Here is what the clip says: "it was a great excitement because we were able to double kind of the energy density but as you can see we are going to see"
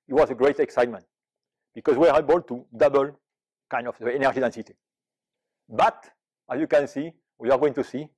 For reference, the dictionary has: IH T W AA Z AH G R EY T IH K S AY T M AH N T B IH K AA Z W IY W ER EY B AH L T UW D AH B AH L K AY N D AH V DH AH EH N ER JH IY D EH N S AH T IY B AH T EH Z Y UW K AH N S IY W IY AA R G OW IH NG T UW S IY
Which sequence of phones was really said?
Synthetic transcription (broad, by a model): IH T W AA Z AH G R EY T IH K S AY T M AH N T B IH K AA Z W IY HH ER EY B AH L T UW D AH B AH L K AY N D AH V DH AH EH N ER JH IY D EH N S AH T IY B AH T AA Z Y UW K AH N S IY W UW AA R G OW IH NG T UW S IY